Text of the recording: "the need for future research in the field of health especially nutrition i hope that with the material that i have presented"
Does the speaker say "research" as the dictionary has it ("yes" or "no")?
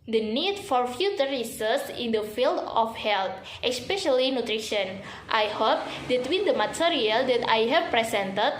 no